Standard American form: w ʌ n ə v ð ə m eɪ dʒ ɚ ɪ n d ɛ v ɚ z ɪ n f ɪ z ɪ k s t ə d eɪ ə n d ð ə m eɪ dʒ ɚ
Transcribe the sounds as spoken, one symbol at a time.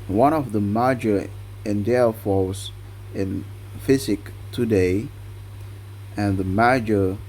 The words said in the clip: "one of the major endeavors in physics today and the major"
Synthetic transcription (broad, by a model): w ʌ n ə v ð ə m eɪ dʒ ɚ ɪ n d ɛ f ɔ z ɪ n f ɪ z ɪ k t ə d eɪ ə n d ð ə m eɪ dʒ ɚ